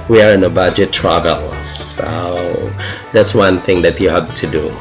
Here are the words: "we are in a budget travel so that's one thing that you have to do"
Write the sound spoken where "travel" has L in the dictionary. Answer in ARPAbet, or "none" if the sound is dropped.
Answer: L